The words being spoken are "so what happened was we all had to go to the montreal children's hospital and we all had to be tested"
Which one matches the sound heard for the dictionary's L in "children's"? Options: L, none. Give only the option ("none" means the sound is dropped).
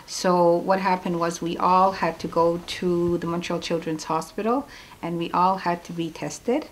L